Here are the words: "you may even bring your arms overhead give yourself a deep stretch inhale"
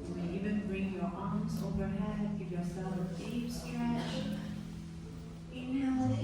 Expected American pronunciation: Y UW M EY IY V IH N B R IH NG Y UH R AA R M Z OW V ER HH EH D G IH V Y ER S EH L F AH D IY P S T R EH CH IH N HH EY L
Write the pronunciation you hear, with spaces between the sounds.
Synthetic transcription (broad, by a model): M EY IY V IH N B R IH NG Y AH R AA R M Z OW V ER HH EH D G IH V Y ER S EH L AH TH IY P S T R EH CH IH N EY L